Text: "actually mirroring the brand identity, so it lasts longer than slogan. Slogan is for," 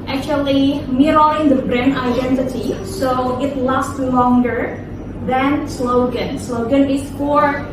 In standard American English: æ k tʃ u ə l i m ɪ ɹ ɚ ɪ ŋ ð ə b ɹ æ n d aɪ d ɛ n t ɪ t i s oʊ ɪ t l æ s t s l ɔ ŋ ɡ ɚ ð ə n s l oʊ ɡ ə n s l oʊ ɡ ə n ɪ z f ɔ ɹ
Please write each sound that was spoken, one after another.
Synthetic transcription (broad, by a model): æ k tʃ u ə l i m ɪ ɹ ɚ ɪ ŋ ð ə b ɹ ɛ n aɪ d ɛ n t ɪ t i s oʊ ɪ t l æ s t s l ɔ ŋ ɡ ɚ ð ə n s l oʊ ɡ ə n s l oʊ ɡ ə n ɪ s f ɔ ɹ